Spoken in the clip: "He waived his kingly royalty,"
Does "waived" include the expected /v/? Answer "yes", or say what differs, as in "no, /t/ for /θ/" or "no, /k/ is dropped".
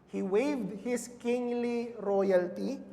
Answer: yes